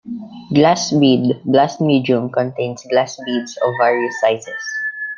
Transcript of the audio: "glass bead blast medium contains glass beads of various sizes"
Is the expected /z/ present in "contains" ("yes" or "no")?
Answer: no